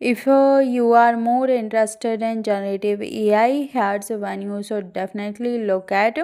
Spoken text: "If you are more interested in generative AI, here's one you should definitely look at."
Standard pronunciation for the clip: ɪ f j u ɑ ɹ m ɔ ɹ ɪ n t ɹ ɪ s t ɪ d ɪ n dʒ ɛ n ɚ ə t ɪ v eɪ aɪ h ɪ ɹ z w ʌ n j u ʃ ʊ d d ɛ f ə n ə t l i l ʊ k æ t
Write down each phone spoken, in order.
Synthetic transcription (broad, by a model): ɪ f j u ɑ ɹ m ɔ ɹ ɪ n t ɹ ɪ s t ɪ d ɪ n dʒ ɛ n ɚ ə t ɪ v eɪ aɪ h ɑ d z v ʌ n j u s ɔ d d ɛ f ə n ə t l i l ʊ k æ t